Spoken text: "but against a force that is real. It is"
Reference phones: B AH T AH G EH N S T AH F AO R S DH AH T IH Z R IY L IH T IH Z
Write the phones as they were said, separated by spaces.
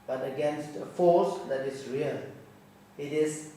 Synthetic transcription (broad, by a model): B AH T AH G EH N S T AH F AO S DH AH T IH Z R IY L IH T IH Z